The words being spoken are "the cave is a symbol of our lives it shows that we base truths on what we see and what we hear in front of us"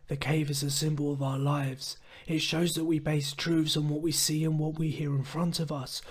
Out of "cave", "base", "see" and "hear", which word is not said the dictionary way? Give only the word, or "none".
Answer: none